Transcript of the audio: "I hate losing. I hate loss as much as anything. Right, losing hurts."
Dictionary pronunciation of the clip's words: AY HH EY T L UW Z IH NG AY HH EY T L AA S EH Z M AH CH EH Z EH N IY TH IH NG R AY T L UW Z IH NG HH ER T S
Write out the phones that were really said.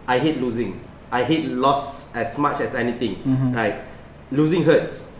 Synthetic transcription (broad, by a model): AY HH EY T L UW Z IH NG AY HH EY T L AA S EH S M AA CH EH S EH N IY T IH NG R AY T L UW Z IH NG HH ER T S